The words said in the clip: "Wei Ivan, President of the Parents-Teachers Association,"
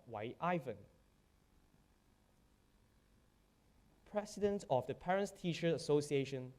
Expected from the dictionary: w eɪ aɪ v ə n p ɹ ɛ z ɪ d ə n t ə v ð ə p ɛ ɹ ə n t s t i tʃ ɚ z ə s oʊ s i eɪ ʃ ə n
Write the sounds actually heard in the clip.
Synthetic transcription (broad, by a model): w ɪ aɪ v ə n p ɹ ɛ s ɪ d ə n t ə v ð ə p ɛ ɹ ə n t s t i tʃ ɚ ə s oʊ s i eɪ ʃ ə n